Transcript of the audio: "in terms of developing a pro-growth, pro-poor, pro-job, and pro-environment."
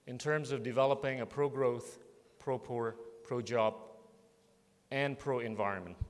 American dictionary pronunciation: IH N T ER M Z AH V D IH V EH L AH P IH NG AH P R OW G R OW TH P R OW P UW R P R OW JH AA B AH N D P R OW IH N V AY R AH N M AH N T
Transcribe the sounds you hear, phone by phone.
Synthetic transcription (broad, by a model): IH N T ER M Z AH V D IH V EH L AH P IH NG AH P R OW G R OW TH P R OW P UW R P R OW JH AA B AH N P R OW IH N V AY R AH N M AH N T